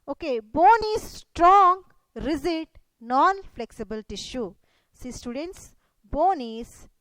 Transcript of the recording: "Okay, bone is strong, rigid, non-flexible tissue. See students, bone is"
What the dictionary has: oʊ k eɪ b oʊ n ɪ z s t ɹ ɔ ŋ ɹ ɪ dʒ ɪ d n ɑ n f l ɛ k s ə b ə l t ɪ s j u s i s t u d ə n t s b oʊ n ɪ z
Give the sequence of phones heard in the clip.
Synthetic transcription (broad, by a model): oʊ k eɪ b oʊ n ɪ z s t ɹ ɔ ŋ ɹ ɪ z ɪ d n ɑ n f l ɛ k s ə b ə l t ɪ ʃ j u s i s t u d ə n t s b oʊ n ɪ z